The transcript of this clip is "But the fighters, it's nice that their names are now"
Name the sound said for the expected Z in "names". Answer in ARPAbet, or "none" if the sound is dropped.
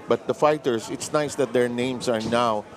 S